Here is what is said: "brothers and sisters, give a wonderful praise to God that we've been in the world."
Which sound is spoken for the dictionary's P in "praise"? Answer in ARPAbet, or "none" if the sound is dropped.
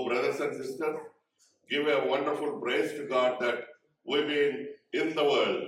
B